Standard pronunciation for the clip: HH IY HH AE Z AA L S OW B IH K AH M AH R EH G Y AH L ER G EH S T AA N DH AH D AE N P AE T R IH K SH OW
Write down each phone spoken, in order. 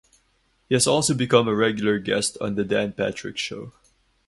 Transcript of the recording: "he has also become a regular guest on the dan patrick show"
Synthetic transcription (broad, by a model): HH IY HH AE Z AA L S OW B IH K AH M AH R EH G Y L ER G EH S T AA N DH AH D AE N P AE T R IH K SH OW